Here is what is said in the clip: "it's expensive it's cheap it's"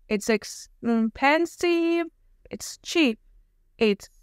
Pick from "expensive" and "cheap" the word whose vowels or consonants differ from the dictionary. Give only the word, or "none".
expensive